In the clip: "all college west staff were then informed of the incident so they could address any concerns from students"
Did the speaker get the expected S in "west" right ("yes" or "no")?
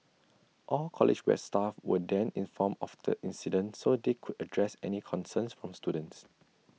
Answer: no